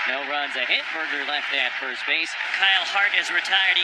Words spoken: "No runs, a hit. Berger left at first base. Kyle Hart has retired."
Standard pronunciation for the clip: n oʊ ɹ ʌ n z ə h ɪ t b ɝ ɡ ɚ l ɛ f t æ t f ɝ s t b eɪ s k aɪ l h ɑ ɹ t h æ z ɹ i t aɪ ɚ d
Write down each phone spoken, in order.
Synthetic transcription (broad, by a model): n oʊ ɹ ʌ n z ə h ɪ t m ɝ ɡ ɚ l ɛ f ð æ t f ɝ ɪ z b eɪ s k aɪ l h ɑ ɹ t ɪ z ɹ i t aɪ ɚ d